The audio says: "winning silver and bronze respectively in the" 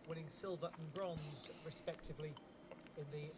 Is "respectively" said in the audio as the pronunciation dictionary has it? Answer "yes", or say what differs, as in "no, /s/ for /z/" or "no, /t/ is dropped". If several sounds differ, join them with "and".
yes